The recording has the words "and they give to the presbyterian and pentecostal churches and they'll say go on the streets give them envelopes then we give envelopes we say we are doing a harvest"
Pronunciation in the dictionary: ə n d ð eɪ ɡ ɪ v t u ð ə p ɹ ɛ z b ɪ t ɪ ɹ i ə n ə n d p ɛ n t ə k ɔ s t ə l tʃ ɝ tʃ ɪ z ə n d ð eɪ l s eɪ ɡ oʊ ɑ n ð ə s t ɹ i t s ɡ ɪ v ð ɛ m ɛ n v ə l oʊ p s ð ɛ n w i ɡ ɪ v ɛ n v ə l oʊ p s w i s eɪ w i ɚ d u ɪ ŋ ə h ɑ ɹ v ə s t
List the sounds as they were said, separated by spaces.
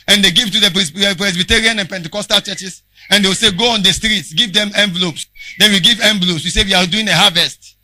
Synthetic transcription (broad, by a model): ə n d eɪ ɡ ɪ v t u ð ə p ɹ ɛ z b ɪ t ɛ ɹ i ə n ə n p ɛ n t ə k ɔ s t ə l tʃ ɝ tʃ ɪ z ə n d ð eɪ w s eɪ ɡ oʊ ɑ n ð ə s t ɹ i t s ɡ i v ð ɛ m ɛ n v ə l oʊ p s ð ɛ n w i ɡ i v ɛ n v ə l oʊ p s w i s eɪ w i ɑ d u ɪ ŋ ə h ɑ v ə s t